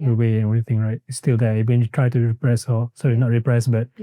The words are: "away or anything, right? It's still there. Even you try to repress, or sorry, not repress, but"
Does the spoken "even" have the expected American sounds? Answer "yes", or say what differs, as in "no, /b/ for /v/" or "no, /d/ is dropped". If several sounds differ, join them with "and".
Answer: no, /w/ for /v/